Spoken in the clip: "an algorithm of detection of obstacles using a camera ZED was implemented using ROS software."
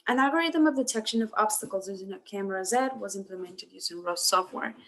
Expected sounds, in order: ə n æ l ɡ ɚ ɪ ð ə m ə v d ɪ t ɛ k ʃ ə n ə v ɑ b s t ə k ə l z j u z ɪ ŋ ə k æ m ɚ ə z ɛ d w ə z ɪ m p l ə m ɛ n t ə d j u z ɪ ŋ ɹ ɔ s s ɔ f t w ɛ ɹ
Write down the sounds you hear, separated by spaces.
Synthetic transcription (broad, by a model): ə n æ ɡ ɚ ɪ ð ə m ə v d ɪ t ɛ k ʃ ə n ə v ɑ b s t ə k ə l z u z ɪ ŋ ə k æ m ɚ ə z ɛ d w ə z ɪ m p l ə m ɛ n t ə d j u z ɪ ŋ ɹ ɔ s s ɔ f t w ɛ ɹ